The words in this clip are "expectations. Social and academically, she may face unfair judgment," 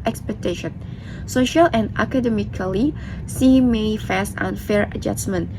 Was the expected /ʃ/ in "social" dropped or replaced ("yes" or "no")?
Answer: no